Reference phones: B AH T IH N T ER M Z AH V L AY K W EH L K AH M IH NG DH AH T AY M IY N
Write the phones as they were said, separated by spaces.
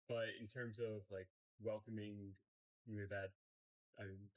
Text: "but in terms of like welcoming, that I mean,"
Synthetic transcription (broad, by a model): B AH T IH N T ER M Z AH V L AY K W EH L K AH M IH NG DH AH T AY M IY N